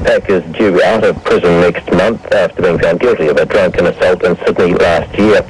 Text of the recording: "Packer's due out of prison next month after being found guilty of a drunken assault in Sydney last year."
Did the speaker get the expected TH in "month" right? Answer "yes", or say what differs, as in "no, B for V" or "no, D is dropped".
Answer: yes